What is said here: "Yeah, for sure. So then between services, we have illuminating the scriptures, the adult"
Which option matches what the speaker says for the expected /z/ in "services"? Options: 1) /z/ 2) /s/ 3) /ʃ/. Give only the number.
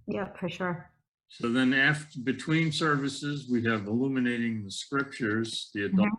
1